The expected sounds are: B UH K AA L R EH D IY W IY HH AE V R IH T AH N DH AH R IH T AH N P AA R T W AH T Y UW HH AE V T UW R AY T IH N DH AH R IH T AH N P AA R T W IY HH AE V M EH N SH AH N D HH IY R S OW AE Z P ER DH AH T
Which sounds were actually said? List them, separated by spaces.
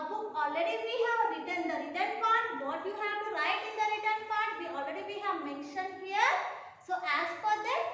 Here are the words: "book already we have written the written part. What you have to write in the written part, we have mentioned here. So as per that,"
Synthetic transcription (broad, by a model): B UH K AA L R EH D IY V IY HH AE V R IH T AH N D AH R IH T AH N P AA R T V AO T Y UW HH AE V T UW R AY T IH N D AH R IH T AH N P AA R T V IY HH AE V M EH N SH AH N D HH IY R S OW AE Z F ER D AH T